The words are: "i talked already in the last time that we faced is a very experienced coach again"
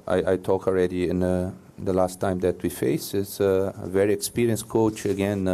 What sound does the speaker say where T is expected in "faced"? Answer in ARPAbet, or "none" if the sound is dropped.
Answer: none